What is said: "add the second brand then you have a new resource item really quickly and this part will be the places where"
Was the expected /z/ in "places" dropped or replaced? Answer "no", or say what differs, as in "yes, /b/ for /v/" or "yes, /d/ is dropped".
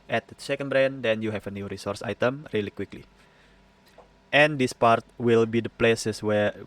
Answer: yes, /s/ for /z/